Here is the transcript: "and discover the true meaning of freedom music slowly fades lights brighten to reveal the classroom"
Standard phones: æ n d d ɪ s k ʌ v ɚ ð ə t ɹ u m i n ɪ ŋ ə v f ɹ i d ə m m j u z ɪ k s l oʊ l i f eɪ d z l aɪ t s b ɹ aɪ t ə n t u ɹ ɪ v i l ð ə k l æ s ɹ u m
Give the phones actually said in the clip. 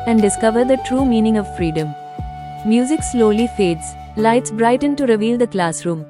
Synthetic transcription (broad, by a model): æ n d d ɪ s k ʌ v ɚ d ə t ɹ u m i n ɪ ŋ ə v f ɹ i d ə m m j u z ɪ k s l oʊ l i f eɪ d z l aɪ t s b ɹ aɪ t ə n t u ɹ ɪ v i l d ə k l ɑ s ɹ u m